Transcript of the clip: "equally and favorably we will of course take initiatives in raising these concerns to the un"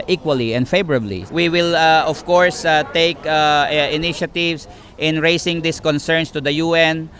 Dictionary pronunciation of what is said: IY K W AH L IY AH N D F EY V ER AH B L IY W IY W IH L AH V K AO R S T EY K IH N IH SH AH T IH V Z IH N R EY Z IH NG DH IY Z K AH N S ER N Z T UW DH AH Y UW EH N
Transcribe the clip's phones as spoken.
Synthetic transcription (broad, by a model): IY K W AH L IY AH N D F EY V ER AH B L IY W IY W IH L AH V K AO R S T EY K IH N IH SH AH T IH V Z IH N R EY S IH NG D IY S K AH N S ER N S T UW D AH Y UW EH N